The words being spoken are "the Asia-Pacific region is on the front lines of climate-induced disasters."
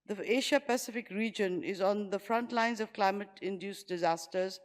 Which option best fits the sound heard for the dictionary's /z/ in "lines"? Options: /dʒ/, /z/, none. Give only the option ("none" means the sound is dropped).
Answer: /z/